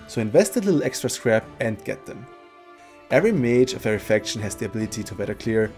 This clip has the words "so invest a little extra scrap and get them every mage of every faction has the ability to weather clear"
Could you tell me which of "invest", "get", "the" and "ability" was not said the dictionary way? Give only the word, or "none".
none